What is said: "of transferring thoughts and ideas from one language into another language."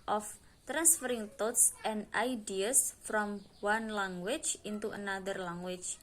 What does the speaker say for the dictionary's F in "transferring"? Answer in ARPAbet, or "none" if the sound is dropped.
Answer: F